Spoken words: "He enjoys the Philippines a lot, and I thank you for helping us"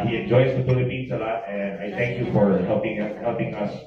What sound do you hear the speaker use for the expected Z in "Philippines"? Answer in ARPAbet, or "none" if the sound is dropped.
S